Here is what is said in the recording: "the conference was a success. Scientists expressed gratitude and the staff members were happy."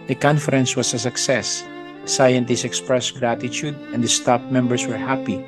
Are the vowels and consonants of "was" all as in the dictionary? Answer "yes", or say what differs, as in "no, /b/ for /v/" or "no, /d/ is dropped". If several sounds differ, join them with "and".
no, /s/ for /z/